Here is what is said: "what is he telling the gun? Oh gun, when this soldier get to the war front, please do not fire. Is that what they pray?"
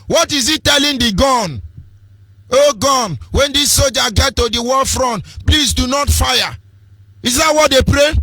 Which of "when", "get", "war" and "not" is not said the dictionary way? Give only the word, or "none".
war